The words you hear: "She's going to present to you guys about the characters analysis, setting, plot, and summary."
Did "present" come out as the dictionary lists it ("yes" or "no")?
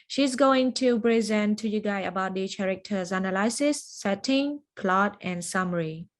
no